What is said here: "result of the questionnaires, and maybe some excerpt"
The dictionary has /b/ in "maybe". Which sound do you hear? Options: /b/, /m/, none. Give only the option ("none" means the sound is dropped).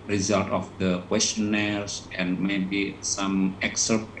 /b/